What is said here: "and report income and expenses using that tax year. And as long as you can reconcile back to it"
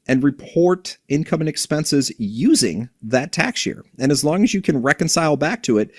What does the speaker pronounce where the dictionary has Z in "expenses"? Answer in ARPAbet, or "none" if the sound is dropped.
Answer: Z